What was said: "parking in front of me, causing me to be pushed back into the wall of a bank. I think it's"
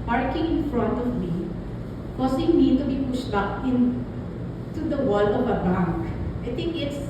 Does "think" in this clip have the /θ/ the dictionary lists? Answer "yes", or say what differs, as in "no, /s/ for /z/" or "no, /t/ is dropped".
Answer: no, /t/ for /θ/